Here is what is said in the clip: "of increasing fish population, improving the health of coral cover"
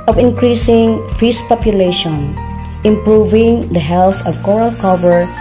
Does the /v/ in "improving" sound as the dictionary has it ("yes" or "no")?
yes